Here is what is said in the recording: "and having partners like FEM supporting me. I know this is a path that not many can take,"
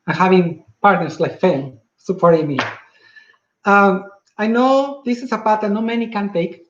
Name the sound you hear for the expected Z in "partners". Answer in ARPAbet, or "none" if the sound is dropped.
S